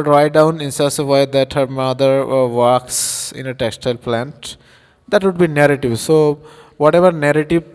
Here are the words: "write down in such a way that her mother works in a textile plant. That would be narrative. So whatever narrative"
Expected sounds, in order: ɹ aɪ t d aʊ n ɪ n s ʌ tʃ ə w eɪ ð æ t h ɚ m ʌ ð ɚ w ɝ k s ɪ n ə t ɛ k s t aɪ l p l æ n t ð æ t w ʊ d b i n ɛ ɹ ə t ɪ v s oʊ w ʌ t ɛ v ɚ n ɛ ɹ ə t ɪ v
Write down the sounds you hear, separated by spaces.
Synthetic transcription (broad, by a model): ɹ aɪ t d aʊ n ɪ n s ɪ s ə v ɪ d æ t h ɚ m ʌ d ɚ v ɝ k s ɪ n ə t ɛ k s t aɪ l p l æ n t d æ t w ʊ d b i n ɛ ɹ ə t ɪ v s oʊ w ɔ t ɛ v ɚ n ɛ ɹ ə t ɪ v